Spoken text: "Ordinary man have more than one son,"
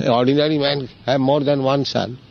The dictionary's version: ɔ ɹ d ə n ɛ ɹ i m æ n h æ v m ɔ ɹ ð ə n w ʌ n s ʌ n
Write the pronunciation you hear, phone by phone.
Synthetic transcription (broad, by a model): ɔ ɹ d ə n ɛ ɹ i m æ n h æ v m ɔ ɹ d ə n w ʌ n s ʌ n